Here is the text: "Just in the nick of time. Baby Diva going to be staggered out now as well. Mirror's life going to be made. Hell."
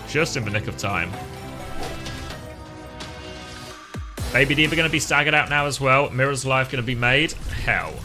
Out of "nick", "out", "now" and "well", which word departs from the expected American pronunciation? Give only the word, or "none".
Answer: none